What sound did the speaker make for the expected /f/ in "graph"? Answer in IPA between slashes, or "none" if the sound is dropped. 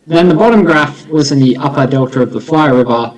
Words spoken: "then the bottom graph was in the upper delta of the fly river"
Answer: /f/